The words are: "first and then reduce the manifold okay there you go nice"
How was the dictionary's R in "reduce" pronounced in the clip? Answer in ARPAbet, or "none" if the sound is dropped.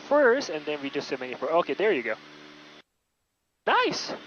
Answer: W